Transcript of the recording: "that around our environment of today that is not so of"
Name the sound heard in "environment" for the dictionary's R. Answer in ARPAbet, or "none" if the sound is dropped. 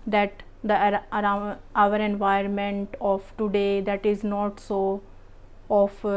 none